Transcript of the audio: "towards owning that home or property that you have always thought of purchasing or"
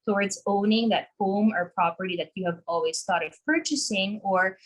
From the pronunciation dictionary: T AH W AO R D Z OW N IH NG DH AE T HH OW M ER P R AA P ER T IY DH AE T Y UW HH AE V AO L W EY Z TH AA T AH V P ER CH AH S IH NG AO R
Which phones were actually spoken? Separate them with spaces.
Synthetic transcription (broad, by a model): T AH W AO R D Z OW N IH NG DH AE T HH OW M ER P R AA P ER T IY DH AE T Y UW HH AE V AO L W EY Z T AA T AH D P ER CH AH S IH NG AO R